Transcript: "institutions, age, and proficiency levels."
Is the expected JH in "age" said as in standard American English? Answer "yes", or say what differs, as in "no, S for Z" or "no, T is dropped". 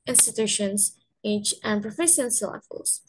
no, CH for JH